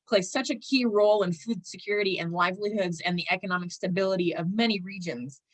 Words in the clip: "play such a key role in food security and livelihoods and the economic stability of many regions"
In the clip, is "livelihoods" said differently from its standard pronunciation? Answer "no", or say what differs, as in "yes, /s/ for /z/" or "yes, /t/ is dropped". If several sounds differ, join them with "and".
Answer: no